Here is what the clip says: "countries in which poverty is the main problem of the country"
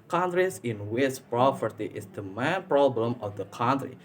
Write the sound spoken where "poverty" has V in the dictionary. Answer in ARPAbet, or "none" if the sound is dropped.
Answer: P